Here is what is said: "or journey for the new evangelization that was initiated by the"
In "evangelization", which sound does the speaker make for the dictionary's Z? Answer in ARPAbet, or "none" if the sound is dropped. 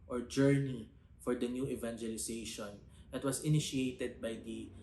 S